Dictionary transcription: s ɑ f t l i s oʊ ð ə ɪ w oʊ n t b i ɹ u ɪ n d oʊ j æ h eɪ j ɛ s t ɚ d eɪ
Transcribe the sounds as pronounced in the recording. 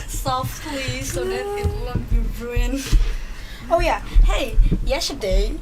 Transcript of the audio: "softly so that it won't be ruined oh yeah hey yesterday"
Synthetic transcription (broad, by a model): s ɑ f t l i s oʊ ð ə ɪ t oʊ l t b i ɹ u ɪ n oʊ j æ h eɪ j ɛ s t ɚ d eɪ